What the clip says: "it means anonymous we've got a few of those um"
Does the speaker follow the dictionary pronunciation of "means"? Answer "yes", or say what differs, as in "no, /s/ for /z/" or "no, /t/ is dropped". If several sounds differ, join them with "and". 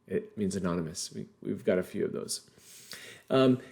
yes